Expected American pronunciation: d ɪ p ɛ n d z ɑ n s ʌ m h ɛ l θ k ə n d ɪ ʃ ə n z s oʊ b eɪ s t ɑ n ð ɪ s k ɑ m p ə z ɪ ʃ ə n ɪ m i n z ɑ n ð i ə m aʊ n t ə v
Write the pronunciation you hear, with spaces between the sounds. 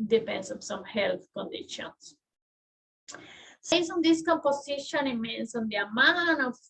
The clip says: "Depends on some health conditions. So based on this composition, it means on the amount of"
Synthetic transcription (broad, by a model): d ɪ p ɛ n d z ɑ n s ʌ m h ɛ l θ k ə n d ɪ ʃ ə n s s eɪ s ɑ n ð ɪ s k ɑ m p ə s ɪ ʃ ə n ɪ m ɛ n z ɑ n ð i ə m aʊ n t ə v